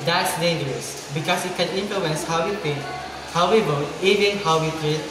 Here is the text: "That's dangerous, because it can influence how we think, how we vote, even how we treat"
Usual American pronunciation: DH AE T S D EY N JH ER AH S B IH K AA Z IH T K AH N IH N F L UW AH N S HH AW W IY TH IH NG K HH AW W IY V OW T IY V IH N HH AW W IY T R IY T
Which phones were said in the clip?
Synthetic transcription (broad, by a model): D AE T S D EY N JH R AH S B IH K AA S IH T K AH N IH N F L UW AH N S HH AW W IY T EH HH AW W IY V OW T IY V IH N HH AW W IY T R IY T